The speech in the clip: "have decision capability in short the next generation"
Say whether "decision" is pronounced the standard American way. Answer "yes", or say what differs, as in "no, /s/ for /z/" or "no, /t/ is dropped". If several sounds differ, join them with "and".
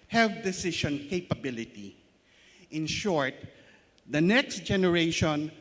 no, /ʃ/ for /ʒ/